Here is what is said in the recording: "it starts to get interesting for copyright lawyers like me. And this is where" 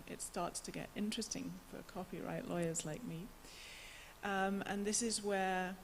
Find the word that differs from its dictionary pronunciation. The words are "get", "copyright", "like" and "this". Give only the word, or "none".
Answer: none